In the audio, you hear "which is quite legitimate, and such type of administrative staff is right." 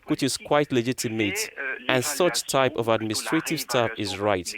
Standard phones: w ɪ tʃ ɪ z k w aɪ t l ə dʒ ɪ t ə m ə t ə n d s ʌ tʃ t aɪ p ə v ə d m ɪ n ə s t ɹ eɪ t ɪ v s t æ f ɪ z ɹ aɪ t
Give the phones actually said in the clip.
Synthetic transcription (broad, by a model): w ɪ tʃ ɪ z k w aɪ t l ə dʒ ɪ t ə m ə t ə n s ʌ tʃ t aɪ p ə v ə d m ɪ n s t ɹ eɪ t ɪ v s t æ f ɪ z ɹ aɪ t